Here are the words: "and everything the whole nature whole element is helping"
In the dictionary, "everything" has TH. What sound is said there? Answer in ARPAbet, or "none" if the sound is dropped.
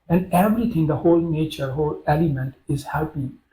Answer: T